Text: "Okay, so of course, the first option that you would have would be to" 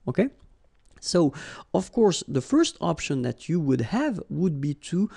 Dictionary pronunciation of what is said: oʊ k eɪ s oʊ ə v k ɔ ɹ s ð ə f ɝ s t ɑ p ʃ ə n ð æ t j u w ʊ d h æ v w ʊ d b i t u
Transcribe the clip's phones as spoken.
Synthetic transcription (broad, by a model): oʊ k eɪ s oʊ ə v k ɔ ɹ s ð ə f ɝ s t ɑ p ʃ ə n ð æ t j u w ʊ d h æ v w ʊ d b i t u